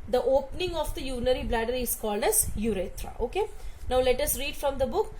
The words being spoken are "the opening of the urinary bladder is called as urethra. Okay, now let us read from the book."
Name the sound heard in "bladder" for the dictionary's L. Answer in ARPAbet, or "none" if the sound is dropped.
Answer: L